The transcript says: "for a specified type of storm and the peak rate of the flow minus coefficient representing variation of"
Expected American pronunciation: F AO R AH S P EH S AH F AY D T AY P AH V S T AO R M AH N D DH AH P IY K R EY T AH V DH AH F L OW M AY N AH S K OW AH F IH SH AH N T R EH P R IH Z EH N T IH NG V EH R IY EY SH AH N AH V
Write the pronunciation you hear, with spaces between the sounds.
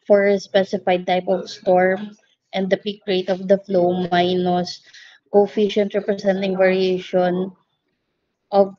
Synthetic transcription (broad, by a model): F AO R AH S P EH S AH F AY D T AY P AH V S T AO R M AH N D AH P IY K R EY T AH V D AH F L OW M AY N AH S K OW F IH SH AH N T R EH P R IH S EH N T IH NG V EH R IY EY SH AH N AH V